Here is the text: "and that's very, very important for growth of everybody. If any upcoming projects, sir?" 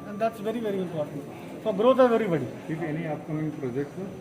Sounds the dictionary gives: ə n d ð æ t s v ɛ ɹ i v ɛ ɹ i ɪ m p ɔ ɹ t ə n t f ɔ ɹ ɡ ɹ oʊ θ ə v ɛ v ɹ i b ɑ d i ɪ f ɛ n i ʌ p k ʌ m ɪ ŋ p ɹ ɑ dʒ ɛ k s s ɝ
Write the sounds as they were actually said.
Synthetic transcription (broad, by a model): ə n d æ t s v ɛ ɹ i v ɛ ɹ i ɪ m p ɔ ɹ t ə n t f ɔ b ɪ ɹ oʊ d ə v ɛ ɹ i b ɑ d i ɪ f ɛ n i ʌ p k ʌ m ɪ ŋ p ɹ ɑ dʒ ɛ k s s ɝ